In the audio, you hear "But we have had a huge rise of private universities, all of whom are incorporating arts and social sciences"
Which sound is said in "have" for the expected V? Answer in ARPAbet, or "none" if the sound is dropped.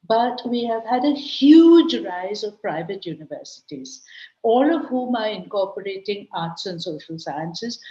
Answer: V